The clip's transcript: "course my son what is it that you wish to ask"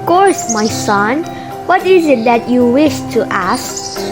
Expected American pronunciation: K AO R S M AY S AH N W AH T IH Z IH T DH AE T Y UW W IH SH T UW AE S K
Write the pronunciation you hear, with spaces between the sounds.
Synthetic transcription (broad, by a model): K AO R S M AY S AH N W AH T IH Z IH T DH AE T Y UW W IH SH T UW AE S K